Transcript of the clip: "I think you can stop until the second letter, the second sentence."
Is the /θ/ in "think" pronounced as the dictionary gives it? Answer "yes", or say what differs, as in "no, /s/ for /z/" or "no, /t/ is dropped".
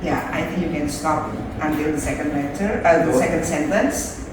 yes